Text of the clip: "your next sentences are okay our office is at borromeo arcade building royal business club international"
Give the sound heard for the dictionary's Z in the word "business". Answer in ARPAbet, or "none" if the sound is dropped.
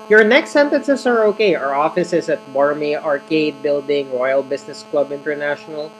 S